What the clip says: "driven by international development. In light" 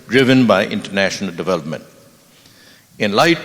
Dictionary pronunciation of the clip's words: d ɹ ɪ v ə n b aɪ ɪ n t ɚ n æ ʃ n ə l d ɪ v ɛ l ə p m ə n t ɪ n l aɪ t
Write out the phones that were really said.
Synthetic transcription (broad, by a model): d ɹ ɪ v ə n b aɪ ɪ n t ɚ n æ ʃ n ə l d ɪ v ɛ l ə p m ə n t ɪ n l aɪ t